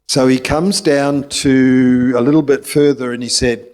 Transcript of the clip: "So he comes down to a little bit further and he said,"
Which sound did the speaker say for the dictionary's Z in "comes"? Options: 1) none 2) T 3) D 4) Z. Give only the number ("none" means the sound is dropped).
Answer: 4